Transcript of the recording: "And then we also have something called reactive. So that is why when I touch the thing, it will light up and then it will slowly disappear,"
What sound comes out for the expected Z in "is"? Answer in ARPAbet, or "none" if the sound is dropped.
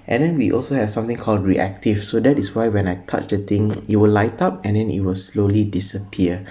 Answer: S